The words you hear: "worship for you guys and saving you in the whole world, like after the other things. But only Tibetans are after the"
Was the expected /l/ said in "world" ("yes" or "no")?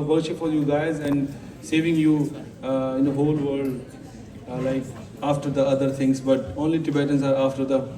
no